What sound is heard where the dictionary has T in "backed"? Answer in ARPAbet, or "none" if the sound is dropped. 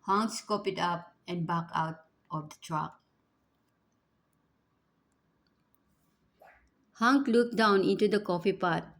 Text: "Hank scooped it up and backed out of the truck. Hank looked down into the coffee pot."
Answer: none